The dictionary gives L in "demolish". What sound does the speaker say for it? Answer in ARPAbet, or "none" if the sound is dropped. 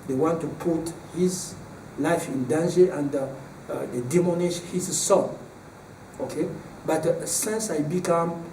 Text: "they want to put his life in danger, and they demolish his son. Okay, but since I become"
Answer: N